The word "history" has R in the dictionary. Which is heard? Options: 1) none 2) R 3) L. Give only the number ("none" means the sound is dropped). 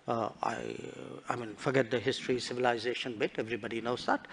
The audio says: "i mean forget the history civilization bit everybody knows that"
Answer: 2